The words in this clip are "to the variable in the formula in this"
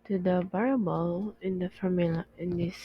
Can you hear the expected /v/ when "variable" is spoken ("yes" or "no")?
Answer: no